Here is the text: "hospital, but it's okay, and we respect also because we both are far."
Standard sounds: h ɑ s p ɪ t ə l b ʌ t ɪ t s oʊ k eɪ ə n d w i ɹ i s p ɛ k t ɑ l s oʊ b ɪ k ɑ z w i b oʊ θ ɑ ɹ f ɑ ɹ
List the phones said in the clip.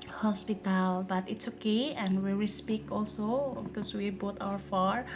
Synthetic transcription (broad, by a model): h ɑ s p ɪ t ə l b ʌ t ɪ t s oʊ k eɪ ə n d w i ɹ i s p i k ɑ l s oʊ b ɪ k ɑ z w i b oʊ t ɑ ɹ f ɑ ɹ